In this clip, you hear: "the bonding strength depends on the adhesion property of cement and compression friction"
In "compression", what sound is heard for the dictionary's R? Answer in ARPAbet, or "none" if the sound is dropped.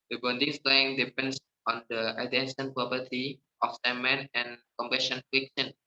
none